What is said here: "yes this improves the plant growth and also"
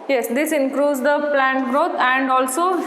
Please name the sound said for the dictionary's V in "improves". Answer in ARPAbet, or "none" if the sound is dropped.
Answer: none